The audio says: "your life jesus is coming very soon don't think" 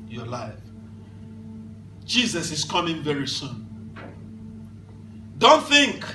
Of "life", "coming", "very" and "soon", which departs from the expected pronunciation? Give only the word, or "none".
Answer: none